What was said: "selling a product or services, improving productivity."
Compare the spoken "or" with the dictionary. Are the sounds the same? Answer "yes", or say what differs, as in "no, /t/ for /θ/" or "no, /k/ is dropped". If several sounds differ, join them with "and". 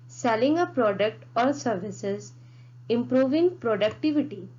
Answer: yes